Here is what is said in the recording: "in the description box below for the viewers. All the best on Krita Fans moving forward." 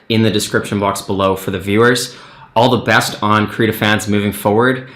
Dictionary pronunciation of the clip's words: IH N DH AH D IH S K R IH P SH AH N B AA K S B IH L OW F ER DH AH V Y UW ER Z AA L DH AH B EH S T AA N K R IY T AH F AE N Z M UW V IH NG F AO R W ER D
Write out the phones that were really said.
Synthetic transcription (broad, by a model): IH N DH AH D IH S K R IH P SH AH N B AA K S B IH L OW F ER DH AH V Y UW ER Z AA L DH AH B EH S T N K R IY T AH F AE N Z M UW V IH NG F AO R W ER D